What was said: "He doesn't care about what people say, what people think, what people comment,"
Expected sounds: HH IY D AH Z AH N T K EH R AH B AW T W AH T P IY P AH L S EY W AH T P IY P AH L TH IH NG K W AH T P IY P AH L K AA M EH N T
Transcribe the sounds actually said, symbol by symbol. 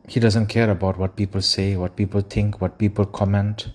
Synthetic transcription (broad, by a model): HH IY D AH Z AH N T K EH R AH B AW T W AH T P IY P AH L S EY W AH T P IY P AH L T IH NG K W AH T P IY P AH L K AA M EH N T